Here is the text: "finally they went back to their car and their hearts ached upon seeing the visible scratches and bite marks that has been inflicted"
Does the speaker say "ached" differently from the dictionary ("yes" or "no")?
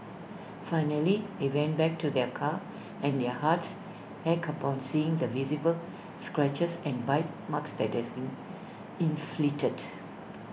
yes